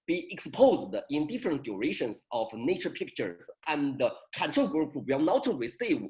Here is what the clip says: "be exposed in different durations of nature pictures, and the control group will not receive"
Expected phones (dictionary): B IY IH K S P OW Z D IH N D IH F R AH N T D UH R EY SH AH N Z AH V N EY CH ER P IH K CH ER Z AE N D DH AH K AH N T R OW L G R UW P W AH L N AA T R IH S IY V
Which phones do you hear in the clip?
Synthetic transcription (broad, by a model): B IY IH K S P OW Z D IH N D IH F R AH N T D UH R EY SH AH N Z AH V N EY CH ER P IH K CH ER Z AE N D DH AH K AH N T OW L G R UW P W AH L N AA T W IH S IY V